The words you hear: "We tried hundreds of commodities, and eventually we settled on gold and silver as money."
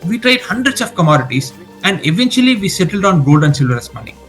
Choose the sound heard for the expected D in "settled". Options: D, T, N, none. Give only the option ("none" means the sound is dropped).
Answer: D